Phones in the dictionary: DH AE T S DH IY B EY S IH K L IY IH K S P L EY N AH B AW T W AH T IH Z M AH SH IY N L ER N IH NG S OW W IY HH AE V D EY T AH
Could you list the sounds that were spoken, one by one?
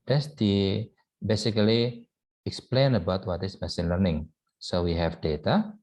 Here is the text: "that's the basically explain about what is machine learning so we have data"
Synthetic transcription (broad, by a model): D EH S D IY B EY S IH K L IY IH K S P L EY N AH B AW T W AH T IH S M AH S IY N L ER N IH NG S OW W IY HH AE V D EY T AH